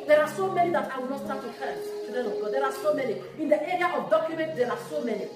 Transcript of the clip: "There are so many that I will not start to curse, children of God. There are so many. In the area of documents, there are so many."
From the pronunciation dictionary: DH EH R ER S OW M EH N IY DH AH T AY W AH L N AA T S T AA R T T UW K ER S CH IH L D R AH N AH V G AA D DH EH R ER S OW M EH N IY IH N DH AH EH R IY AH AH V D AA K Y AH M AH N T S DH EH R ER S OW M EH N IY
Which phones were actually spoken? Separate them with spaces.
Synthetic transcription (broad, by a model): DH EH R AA S OW M EH N IY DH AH T AY W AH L N AA T S T AA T T UW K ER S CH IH D AH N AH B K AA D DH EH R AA S OW M EH N IY IH N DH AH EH R IY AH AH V D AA K Y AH M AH N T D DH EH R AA S OW M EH N IY